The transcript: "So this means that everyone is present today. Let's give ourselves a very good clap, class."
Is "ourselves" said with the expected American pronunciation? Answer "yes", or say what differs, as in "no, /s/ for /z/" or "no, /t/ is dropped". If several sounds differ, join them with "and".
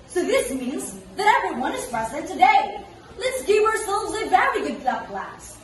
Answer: yes